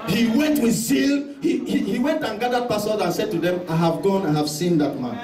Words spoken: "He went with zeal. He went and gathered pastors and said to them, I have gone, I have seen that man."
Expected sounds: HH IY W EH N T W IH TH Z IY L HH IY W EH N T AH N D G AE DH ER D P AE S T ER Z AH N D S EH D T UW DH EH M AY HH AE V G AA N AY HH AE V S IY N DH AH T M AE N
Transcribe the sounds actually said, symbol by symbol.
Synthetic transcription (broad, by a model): HH IY W EH N T W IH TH S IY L HH IY W EH N T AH N G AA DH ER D P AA S T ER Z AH N S EH D T UW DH EH M AY HH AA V G AA N AY HH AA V S IY N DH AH T M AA N